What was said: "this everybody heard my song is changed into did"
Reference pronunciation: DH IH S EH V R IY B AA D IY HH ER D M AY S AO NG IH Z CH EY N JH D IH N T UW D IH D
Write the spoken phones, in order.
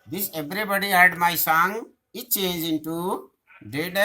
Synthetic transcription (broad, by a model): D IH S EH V R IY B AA D IY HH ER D M AY S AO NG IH CH EY N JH IH N T UW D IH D